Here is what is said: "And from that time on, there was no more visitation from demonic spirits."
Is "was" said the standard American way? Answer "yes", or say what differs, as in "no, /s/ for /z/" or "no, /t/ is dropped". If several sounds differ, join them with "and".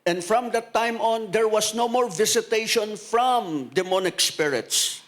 no, /s/ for /z/